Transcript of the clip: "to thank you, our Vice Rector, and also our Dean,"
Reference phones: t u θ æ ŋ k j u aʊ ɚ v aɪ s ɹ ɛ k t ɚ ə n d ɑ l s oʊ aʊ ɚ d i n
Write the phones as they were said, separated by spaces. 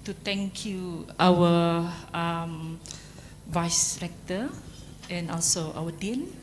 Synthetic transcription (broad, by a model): t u t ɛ ŋ k j u aʊ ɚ v aɪ s ɹ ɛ k t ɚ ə n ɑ l s oʊ aʊ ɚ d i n